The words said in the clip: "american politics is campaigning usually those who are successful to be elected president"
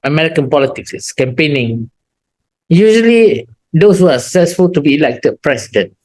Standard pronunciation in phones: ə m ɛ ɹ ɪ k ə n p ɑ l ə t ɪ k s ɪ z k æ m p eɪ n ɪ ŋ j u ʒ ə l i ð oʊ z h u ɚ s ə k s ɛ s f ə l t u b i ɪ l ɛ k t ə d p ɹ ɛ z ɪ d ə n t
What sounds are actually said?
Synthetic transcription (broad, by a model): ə m ɛ ɹ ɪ k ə n p ɑ l ə t ɪ k s k æ m p eɪ n ɪ ŋ j u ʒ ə l i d oʊ s h u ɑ s ə k s ɛ s f ə l t u b i l ɛ k t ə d p ɹ ɛ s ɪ d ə n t